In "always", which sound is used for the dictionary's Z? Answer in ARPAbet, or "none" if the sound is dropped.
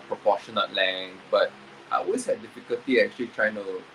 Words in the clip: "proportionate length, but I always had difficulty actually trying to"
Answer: S